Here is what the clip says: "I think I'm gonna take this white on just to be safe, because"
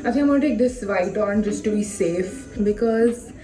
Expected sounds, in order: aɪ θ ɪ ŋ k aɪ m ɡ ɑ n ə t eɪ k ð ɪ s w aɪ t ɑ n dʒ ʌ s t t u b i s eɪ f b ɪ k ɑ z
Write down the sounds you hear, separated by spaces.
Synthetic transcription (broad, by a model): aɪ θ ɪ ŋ aɪ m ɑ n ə t eɪ k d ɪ s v aɪ t ɑ n dʒ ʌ s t t u b i s eɪ f b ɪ k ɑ z